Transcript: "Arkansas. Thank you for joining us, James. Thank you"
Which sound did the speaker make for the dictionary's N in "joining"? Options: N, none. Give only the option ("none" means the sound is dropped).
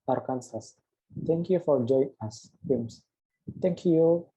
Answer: none